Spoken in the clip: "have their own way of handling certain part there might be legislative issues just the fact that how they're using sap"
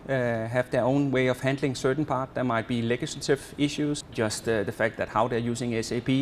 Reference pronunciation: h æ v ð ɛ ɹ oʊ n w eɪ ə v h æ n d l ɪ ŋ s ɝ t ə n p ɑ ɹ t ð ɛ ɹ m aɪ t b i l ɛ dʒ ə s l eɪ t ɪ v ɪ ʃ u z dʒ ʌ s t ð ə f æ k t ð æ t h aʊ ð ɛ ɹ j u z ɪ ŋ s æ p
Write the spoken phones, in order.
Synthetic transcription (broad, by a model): h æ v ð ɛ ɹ oʊ n w eɪ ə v h æ n d l ɪ ŋ s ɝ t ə n p ɑ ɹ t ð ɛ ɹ m aɪ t b i l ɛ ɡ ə s l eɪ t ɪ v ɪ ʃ u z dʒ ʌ s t ð ə f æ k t ð æ t h aʊ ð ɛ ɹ j u s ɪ ŋ s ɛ p